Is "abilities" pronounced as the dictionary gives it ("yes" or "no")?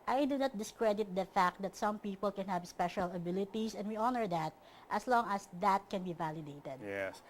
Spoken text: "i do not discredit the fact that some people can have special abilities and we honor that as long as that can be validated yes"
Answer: no